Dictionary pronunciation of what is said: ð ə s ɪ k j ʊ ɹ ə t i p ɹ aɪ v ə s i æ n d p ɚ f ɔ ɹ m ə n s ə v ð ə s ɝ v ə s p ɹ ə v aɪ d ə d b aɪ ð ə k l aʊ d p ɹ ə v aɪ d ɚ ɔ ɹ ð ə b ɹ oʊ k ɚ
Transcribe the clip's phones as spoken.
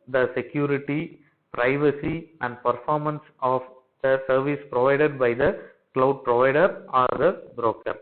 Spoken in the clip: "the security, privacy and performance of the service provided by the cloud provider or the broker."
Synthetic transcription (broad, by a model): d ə s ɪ k j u ɹ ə t i p ɹ aɪ v ə s i æ n d p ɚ f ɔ ɹ m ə n s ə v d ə s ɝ v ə s p ɹ ə v aɪ d ə d b aɪ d ə k l aʊ d p ɹ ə v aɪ d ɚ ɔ ɹ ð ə b ɹ oʊ k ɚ